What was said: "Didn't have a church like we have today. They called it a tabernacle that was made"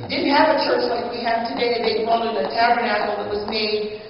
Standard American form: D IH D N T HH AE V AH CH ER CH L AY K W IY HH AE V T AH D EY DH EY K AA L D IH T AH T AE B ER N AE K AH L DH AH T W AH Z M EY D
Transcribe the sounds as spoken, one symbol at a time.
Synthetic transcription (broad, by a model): D IH D N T HH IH V AH CH ER CH L AY K W IY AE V T AH D EY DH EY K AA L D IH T AH T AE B ER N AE K L DH AH T W AH Z M EY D